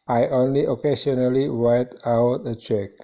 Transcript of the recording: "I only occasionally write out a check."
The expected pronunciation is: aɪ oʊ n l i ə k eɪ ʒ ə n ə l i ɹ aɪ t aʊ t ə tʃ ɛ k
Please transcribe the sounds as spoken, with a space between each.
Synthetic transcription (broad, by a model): aɪ oʊ n l i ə k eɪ s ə n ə l i w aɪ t aʊ t ə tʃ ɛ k